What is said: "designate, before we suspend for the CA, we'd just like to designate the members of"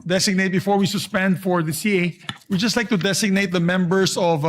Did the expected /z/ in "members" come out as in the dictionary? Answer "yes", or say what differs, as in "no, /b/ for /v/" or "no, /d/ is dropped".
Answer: no, /s/ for /z/